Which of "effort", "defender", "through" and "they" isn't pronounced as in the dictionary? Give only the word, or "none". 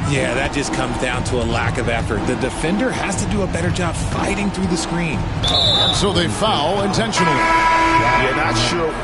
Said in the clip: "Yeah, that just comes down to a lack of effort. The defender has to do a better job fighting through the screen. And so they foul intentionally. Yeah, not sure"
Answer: none